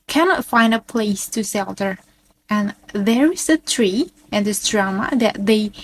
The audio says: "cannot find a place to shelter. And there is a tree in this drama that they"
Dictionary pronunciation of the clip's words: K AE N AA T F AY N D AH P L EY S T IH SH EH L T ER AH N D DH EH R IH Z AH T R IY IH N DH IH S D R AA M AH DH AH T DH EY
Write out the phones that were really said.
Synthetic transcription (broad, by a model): K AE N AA T F AY N D AH P L EY S T IH S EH L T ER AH N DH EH R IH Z AH T R IY IH N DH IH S D R AA M AH DH AH T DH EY